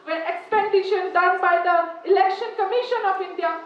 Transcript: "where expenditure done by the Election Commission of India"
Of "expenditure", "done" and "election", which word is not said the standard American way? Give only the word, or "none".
expenditure